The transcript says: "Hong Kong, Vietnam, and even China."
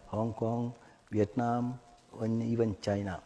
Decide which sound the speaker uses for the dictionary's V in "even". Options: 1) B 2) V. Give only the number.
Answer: 1